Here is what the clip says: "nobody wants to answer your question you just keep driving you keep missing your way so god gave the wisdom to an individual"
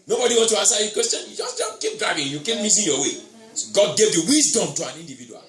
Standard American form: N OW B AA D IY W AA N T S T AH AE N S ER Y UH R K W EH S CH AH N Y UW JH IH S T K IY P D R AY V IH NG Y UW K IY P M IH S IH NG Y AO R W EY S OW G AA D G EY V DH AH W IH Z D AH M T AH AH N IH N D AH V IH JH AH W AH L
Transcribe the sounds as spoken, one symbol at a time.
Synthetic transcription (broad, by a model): N OW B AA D IY W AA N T T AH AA N S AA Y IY K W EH S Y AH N Y UW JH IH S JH K IY P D R AY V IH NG Y UW K IY P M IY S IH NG Y AO W EY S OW G AA D G EY V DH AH W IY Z D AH M T AH AH N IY N D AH V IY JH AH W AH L